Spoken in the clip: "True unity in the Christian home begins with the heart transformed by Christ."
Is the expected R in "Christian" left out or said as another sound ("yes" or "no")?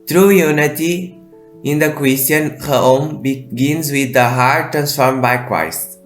yes